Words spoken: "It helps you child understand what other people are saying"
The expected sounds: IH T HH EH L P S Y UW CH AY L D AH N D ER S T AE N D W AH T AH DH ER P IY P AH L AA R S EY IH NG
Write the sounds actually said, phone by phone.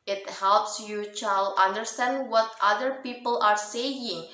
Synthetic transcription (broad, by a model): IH T HH EH L P S Y UW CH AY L AH N D ER S T AE N D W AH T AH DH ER P IY P AH L AA R S EY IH NG